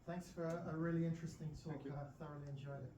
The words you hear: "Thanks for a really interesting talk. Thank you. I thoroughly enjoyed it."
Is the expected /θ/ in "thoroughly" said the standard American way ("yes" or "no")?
yes